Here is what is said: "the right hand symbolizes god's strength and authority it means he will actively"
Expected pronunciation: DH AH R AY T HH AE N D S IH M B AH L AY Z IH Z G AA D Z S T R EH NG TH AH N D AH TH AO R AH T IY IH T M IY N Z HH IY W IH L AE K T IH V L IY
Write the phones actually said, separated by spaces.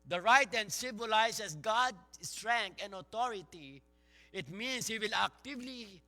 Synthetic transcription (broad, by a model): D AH R AY T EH N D S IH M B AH L AY S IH S G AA D S T R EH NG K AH N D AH T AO R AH T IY IH T M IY N S HH IY W IH L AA K T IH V L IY